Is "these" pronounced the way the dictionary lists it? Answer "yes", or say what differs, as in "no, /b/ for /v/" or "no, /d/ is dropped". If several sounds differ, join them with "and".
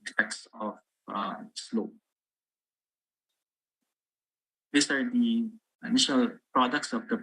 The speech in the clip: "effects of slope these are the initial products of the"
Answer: no, /s/ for /z/